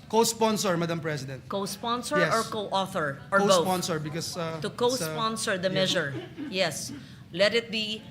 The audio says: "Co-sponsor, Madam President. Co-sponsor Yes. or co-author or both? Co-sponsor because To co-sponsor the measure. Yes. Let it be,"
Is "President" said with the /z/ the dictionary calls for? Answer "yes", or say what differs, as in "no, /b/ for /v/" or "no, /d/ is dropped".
no, /s/ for /z/